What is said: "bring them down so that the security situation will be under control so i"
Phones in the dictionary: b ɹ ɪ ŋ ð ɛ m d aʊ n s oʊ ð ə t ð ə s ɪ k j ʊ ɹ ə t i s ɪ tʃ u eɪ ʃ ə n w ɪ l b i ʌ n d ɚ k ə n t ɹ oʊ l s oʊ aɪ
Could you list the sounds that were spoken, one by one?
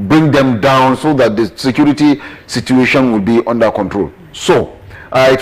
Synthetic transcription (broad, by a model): b ɹ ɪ ŋ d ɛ m d aʊ n s oʊ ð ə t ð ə s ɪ k j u ɹ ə t i s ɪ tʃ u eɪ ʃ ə n w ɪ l b i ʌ n d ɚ k ə n t ɹ oʊ l s oʊ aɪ